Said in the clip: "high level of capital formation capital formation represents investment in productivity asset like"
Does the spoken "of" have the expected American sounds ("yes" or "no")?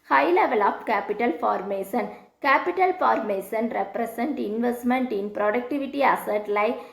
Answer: no